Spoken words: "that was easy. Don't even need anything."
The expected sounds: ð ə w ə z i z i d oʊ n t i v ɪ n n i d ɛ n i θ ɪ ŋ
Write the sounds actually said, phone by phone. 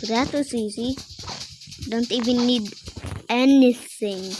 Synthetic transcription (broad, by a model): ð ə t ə s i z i d oʊ n t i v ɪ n n i d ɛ n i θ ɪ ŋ